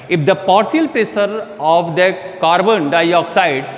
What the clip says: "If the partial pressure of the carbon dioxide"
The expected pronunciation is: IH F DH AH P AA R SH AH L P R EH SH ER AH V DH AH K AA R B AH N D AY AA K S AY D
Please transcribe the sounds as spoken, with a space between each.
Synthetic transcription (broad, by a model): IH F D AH P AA R S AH L P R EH S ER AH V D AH K AA R B AH N D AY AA K S AY D